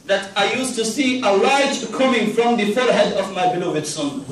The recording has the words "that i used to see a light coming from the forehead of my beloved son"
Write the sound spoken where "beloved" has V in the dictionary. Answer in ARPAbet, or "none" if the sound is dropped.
V